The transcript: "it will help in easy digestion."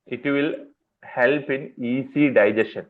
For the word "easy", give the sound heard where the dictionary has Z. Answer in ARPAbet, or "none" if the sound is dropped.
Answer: S